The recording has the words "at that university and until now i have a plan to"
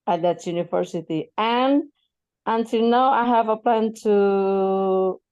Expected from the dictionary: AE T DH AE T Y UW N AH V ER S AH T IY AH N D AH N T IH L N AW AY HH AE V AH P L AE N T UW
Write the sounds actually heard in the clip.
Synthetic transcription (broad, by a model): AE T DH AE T Y UW N AH V ER S AH T IY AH N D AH N T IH L N AW AY HH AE V AH P L AE N T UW